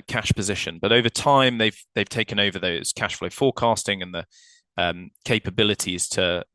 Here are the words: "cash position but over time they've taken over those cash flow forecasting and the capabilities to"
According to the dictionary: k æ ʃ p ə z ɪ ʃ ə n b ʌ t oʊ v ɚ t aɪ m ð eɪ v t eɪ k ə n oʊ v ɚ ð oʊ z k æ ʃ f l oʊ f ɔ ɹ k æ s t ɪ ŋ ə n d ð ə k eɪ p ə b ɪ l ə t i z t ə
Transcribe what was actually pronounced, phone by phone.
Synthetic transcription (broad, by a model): k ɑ ʃ p ə z ɪ ʃ ə n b ʌ t oʊ v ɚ t aɪ m ð eɪ v t eɪ k ə n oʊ v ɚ ð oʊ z k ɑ ʃ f l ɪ f ɔ k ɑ s t ɪ ŋ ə n ð ə k eɪ p ə b ɪ l ə t i z t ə